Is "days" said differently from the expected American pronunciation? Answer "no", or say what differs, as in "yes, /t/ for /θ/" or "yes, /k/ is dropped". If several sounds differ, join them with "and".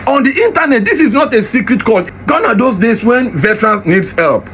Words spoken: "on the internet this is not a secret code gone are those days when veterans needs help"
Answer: yes, /s/ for /z/